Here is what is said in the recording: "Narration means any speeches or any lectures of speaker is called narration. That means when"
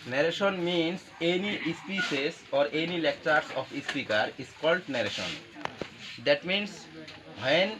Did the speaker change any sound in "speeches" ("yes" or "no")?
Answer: yes